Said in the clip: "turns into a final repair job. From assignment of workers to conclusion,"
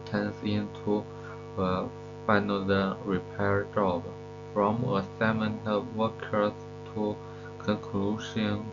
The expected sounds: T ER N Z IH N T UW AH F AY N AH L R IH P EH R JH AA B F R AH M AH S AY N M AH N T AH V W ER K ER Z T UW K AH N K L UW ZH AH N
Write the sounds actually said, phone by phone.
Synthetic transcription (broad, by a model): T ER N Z IH N T UW AH F AY N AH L R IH P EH R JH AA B F R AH M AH S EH M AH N AH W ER K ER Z T UW K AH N K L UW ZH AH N